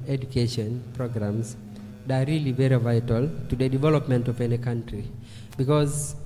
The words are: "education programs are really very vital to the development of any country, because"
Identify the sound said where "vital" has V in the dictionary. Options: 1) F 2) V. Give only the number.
2